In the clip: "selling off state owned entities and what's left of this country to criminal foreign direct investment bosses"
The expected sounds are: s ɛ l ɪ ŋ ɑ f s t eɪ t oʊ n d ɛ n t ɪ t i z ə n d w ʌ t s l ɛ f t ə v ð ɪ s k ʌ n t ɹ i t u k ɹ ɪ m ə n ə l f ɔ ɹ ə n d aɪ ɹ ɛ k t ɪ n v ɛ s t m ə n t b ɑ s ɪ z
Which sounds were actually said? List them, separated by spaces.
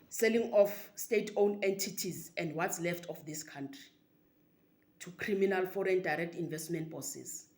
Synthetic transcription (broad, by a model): s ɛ l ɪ ŋ ɑ f s t eɪ t oʊ n ɛ n t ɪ t i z ə n d w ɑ t s l ɛ f t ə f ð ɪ s k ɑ n t ɹ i t u k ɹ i m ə n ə l f ɔ ɹ ə n d aɪ ɹ ɛ k t ɪ n v ɛ s t m ə n t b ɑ s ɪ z